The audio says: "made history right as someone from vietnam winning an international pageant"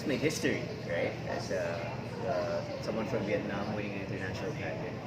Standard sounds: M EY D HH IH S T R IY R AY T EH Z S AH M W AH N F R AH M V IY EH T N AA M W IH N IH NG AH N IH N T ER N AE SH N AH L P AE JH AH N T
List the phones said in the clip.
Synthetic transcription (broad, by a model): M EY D HH IH S T R IY R AY T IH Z S AH M W AH N F R AH M V IY EH T N AA M W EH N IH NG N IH N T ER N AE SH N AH L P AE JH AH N